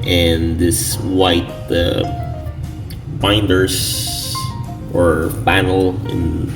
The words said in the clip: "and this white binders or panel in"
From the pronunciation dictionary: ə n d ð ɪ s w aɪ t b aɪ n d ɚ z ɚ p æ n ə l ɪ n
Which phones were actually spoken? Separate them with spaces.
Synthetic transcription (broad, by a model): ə n ð ɪ s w aɪ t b aɪ n d ɚ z ɚ b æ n l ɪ n